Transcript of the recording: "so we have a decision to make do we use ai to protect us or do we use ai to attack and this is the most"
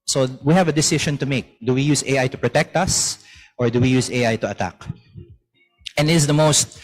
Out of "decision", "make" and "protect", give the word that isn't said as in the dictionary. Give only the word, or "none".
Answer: decision